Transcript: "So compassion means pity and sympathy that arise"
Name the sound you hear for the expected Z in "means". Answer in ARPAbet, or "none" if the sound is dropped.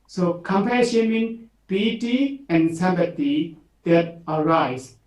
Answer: none